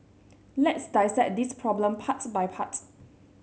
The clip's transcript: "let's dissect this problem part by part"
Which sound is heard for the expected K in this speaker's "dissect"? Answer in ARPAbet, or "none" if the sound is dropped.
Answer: none